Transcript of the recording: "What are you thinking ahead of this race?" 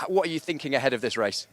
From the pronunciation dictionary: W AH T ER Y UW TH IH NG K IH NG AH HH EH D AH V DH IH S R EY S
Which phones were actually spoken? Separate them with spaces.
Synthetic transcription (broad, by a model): W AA T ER Y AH TH IH NG K IH NG AH HH EH D AH V DH IH S R EY S